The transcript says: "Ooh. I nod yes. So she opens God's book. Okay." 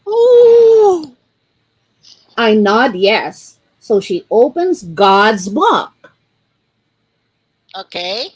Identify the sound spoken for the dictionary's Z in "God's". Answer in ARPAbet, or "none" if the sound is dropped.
Z